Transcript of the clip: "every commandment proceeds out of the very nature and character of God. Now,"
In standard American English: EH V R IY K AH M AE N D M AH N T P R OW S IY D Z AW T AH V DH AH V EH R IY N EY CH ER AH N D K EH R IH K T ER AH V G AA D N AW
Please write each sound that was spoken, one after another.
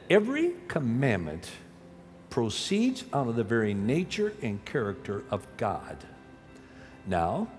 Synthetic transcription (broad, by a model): EH V R IY K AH M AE N M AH N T P R OW S IY D Z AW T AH DH AH V EH R IY N EY CH ER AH N K EH R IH K T ER AH V G AA D N AW